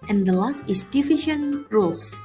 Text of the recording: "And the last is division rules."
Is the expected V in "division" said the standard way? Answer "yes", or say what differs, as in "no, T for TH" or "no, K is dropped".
no, F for V